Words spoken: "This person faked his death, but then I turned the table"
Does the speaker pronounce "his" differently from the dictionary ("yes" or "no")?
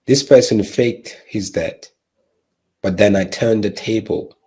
no